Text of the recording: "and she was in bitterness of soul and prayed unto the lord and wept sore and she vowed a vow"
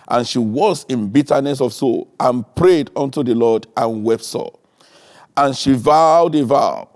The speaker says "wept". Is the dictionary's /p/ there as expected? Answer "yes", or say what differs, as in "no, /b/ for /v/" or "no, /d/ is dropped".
yes